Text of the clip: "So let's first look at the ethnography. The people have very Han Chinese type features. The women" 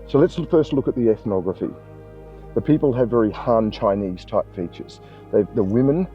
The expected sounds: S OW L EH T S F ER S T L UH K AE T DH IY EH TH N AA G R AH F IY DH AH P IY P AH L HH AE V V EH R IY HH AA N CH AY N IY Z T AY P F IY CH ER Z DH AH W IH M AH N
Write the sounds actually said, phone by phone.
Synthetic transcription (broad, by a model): S OW L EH T S F ER S T L UH K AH T DH IY EH TH N AA G R AH F IY DH AH P IY P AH L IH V V EH R IY HH AA N CH AY N IY Z T AY P F IY CH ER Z DH AH W IH M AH N